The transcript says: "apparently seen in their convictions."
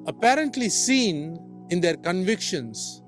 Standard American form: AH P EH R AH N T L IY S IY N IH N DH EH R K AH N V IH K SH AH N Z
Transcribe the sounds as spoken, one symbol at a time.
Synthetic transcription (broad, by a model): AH P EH R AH N T L IY S IY N IH N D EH R K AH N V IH K SH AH N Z